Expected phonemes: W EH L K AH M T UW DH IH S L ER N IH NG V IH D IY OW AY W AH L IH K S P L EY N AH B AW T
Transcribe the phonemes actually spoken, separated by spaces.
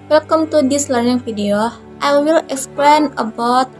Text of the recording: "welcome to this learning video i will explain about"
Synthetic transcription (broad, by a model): W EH L K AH M T UW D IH S L ER N IH NG F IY D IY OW AY W AH L IH K S P L EY N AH B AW T